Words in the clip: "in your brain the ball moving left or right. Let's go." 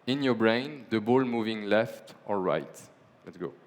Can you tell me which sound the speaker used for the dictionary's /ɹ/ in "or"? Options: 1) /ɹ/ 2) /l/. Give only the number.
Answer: 2